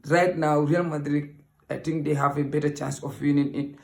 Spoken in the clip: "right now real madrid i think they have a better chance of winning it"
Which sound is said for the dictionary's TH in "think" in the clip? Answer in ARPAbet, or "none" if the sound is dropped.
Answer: T